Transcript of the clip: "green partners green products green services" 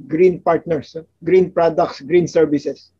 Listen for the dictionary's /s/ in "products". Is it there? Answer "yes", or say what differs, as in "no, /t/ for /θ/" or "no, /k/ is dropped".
yes